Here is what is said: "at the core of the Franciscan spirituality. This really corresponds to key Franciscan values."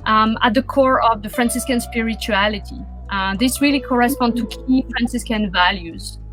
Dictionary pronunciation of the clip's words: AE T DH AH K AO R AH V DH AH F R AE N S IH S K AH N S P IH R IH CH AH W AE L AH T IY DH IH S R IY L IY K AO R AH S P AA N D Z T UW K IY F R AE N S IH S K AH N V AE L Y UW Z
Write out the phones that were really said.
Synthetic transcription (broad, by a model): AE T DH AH K AO R AH V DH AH F R AE N S IH S K AH N S P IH R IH CH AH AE L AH T IY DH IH S R IY L IY K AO R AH S P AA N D T UW K IY F R AE N S IH S K AH N V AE L Y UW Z